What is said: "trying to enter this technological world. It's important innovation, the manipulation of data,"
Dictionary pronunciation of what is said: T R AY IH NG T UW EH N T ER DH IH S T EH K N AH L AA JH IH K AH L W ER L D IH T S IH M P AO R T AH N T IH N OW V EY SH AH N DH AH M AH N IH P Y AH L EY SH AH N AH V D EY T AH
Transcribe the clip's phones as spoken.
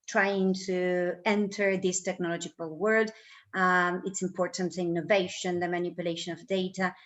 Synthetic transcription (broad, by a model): T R AY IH NG T UW EH N T ER DH IH S T EH K N AH L AA JH IH K AH L W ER D IH T S IH M P AO R T AH N T IH N OW V EY SH AH N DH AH M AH N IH P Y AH L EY SH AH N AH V D EY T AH